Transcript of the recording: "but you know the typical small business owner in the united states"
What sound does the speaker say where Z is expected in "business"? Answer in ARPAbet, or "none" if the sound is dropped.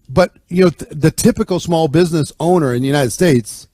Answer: Z